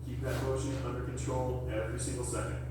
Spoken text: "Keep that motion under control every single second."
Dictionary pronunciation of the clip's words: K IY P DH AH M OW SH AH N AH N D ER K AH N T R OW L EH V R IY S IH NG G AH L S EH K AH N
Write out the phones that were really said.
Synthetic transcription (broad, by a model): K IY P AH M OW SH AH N AH N D ER K AH N T R OW L EH V R IY S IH NG G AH L S EH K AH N